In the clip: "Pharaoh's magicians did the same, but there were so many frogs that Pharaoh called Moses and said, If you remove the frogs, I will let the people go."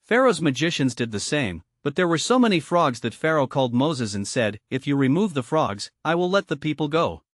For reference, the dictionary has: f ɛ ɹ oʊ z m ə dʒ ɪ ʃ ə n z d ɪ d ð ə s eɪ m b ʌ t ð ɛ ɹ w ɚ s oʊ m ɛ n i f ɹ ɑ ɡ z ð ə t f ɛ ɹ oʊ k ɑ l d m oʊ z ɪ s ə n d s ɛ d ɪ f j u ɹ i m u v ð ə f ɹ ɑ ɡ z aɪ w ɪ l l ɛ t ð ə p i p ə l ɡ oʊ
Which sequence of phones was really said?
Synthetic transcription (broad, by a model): f ɛ ɹ oʊ z m ə dʒ ɪ ʃ ə n z d ɪ d ð ə s eɪ m b ʌ t ð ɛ ɹ w ɚ s oʊ m ɛ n i f ɹ ɑ ɡ z ð ə t f ɛ ɹ oʊ k ɑ l d m oʊ z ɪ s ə n s ɛ d ɪ f j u ɹ i m u v ð ə f ɹ ɑ ɡ z aɪ w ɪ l l ɛ t ð ə p i p l ɡ oʊ